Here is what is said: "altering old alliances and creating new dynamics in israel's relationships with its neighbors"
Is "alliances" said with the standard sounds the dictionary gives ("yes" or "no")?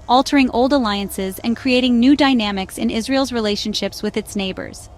yes